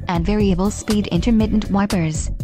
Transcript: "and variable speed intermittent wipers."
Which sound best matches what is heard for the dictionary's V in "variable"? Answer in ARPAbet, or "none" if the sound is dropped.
V